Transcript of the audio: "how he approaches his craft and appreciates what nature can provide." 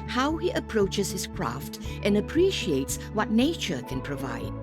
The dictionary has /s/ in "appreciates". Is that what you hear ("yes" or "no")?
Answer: yes